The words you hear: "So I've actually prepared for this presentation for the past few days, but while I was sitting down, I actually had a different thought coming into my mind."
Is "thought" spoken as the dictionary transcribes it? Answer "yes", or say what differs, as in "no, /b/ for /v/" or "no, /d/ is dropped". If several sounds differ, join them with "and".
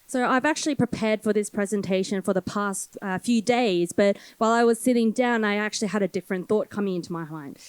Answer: yes